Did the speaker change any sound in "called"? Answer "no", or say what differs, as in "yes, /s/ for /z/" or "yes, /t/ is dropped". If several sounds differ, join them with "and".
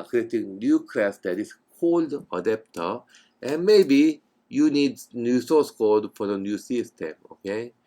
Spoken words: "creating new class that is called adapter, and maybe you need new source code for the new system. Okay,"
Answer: no